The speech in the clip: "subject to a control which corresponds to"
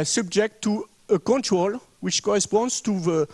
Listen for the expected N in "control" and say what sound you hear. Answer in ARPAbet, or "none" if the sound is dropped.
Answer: N